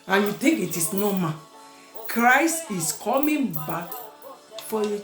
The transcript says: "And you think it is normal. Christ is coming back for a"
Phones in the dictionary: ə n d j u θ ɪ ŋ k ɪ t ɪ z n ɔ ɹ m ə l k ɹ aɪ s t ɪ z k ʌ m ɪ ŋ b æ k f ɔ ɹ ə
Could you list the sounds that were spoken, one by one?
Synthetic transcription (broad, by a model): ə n j u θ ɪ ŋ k ɪ t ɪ s n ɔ m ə k ɹ aɪ s t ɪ s k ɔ m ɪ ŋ b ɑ k f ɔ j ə